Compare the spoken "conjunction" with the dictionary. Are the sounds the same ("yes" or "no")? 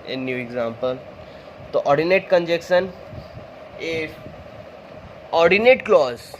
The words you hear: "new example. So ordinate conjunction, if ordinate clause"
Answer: no